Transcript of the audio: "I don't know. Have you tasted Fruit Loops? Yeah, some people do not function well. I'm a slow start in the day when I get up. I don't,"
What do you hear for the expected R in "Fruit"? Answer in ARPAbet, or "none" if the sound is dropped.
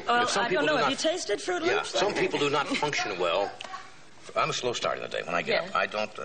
R